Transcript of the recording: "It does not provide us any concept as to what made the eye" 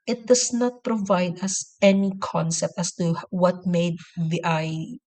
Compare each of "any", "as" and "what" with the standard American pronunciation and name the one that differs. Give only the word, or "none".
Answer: as